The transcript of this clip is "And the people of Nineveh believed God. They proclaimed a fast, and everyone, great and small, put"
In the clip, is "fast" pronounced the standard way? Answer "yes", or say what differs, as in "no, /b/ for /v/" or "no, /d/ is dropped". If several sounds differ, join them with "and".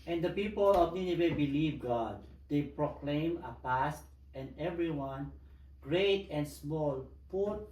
no, /p/ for /f/